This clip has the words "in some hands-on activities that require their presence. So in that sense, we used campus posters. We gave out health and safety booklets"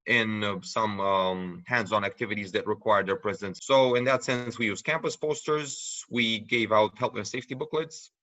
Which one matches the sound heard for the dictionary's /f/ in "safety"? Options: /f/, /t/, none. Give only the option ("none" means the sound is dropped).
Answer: /f/